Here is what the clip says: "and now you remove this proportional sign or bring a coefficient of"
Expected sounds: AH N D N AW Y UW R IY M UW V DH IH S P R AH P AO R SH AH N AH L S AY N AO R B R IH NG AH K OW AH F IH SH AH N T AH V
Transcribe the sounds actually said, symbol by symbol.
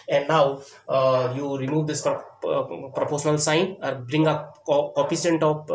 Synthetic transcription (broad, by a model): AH N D N AW Y UW R IY M UW V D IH S P R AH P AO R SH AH N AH L S AY N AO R B R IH NG AH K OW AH P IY S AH N T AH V